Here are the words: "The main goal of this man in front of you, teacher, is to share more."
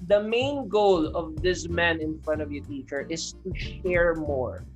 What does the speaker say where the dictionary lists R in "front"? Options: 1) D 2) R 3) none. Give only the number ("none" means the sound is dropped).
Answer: 2